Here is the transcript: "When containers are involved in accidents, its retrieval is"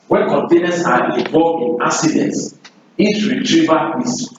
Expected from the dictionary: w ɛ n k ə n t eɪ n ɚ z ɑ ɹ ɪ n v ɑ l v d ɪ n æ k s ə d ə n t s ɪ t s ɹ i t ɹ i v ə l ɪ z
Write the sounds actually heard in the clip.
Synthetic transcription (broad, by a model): w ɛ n k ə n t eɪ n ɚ s ɑ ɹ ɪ v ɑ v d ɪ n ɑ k s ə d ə n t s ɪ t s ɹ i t ɹ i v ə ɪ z